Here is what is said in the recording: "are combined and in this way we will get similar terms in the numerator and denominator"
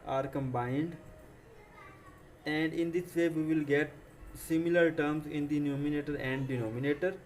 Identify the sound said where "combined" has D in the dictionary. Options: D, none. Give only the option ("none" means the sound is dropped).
D